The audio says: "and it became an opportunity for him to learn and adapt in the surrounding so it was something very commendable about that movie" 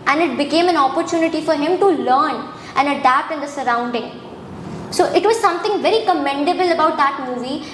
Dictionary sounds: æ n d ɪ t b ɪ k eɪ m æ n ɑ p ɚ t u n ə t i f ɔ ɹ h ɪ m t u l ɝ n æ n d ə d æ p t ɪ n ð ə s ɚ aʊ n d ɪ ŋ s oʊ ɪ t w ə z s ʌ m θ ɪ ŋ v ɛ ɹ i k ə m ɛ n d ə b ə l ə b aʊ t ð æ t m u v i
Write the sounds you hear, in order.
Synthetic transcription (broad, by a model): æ n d ɪ t b ɪ k eɪ m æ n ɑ p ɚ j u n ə t i f ɔ ɹ h ɪ m t u l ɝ n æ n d ə d æ p t ɪ n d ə s ɚ aʊ n d ɪ ŋ s oʊ ɪ t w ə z s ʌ m t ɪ ŋ v ɛ ɹ i k ə m ɛ n d ə b ə l ə b aʊ t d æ t m u v i